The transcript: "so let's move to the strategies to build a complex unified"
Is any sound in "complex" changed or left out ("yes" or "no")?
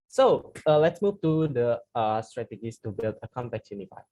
yes